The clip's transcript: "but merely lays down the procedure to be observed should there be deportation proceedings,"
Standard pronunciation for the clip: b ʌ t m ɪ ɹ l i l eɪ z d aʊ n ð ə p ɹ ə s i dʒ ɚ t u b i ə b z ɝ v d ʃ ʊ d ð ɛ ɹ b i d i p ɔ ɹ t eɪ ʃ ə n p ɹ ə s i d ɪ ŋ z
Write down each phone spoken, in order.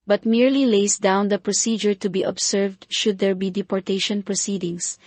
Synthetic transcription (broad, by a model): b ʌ t m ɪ ɹ l i l eɪ s d aʊ n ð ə p ɹ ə s i dʒ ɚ t u b i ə b s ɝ v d ʃ ʊ d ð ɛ ɹ b i d i p ɔ ɹ t eɪ ʃ ə n p ɹ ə s i d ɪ ŋ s